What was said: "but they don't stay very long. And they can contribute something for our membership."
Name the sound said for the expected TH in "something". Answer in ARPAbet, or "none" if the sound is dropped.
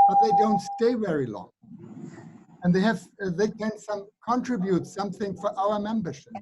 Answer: TH